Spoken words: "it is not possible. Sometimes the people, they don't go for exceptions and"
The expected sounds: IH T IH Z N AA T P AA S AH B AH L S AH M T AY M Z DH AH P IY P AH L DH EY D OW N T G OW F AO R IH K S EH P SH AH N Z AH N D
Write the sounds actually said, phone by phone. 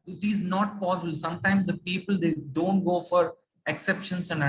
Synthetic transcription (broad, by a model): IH T IH Z N AA T P AA S AH B AH L S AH M T AY M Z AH P IY P AH L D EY D OW N T G OW F AO R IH K S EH P SH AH N S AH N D